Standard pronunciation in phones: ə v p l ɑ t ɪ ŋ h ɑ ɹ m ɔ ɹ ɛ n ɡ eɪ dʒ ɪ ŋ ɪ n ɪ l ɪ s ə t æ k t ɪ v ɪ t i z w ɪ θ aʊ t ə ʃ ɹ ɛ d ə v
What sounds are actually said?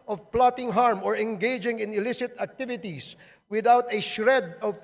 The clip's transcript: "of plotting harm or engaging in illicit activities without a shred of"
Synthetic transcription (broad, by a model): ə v p l ɑ t ɪ ŋ h ɑ ɹ m ɔ ɹ ɛ n ɡ eɪ dʒ ɪ ŋ ɪ n ɪ l ɪ s ə t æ k t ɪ v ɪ t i s w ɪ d aʊ t ə ʃ ɹ ɛ d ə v